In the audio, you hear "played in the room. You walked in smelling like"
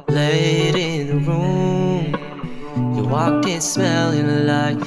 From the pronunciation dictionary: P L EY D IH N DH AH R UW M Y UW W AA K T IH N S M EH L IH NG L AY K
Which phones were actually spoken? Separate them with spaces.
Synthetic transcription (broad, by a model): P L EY D IH N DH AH R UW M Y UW W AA K IH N S M EH L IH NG L AY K